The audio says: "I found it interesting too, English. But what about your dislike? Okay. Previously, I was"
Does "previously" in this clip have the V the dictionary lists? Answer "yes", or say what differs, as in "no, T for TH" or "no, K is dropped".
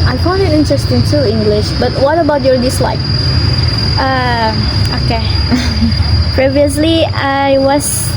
yes